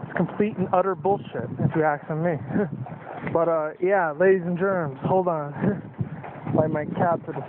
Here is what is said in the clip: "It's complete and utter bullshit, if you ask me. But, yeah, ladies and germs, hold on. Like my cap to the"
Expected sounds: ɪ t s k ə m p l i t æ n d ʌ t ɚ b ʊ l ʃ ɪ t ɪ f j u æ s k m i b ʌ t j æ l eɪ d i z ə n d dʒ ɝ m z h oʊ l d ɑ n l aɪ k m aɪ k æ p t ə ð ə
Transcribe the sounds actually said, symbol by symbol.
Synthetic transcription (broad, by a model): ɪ t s k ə m p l i t n ʌ t ɚ b ʊ l ʃ ɪ t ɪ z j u æ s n m i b ʌ t j æ l eɪ d i z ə n dʒ ɝ m z h oʊ l d n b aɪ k m aɪ k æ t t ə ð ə